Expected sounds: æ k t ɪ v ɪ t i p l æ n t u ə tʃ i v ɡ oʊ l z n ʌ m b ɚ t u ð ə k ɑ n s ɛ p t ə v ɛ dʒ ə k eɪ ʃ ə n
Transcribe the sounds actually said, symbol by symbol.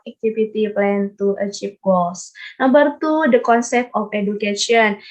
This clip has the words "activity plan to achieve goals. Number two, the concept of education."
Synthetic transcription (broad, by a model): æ k t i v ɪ t i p l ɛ n t u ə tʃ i p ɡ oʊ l s n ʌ m b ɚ t u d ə k ɑ n s ɛ p t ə f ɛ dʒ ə k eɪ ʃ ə n